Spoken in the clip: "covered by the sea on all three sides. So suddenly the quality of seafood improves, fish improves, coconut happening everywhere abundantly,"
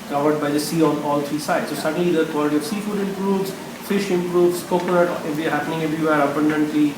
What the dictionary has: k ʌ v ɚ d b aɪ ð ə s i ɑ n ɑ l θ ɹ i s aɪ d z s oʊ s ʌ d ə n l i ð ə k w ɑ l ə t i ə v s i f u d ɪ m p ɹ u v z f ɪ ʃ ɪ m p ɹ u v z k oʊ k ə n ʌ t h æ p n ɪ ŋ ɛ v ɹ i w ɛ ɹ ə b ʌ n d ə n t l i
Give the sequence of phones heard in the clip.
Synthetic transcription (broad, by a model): k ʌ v ɚ d b aɪ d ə s i ɑ n ɑ l t ɹ i s aɪ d s oʊ s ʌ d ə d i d k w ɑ l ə t i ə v s i f u d ɪ m p ɹ u v z f ɪ ʃ ɪ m p ɹ u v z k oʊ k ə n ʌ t h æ p n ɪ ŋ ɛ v ɹ i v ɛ ɹ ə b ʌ n d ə n t l i